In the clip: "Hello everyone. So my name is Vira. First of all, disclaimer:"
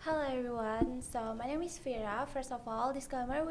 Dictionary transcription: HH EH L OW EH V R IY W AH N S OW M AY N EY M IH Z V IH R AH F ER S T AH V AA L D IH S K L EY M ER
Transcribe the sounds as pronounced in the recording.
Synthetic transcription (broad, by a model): HH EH L OW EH V R IY W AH N S OW M AY N EY M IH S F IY R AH F ER S T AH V AA L D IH S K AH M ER